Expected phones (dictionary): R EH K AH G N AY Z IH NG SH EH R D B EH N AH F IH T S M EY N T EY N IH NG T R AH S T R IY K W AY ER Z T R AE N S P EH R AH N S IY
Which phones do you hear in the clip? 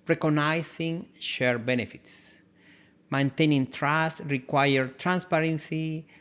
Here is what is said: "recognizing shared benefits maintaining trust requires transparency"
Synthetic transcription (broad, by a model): R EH K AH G N AY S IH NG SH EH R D B EH N AH F IH T S M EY N T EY N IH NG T R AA S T R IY K W AY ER T R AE N S P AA R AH N S IY